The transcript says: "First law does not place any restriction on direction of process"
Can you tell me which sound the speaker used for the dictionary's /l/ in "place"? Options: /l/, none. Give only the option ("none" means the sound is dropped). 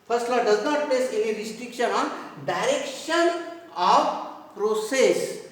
none